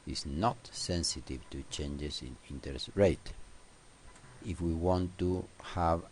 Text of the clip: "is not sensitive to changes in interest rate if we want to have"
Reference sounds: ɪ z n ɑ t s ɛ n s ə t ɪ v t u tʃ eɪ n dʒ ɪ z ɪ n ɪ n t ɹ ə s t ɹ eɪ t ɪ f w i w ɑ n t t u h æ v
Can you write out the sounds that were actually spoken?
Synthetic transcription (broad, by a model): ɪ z n ɑ t s ɛ n s ə t ɪ v t u tʃ eɪ n dʒ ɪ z ɪ n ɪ n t ə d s ɹ eɪ t ɪ f w i w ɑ n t t u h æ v